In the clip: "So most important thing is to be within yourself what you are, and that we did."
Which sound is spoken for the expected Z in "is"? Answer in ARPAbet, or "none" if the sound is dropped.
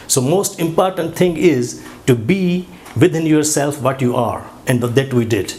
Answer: Z